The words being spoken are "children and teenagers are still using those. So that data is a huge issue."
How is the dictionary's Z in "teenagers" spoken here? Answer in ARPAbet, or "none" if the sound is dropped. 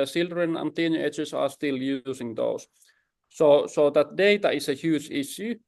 S